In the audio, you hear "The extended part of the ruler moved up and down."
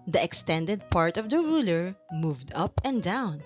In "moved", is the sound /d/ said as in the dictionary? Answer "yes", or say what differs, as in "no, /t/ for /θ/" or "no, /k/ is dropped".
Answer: yes